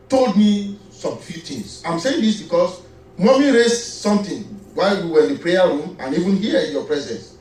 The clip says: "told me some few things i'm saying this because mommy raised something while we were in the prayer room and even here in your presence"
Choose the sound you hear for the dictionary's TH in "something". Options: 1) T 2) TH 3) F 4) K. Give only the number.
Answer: 1